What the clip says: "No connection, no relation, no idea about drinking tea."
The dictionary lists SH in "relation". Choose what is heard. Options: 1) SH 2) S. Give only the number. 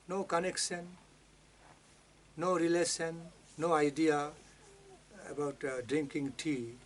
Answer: 2